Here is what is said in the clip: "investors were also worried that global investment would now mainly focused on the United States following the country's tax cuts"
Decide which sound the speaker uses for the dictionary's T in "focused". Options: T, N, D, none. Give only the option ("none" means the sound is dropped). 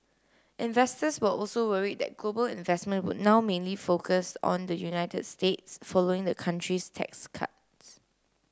none